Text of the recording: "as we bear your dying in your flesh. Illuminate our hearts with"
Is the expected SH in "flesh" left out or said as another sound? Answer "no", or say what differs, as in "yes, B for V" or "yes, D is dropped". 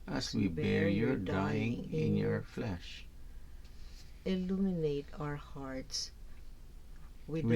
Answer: no